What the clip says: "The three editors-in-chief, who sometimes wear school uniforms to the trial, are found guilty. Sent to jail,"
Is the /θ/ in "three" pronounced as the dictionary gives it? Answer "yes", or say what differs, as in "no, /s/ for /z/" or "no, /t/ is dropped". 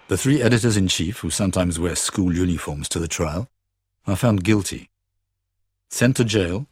yes